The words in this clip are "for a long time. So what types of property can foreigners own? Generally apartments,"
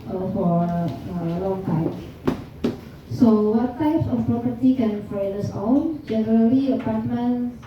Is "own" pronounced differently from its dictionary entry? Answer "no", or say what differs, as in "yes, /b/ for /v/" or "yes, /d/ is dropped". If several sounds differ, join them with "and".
yes, /l/ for /n/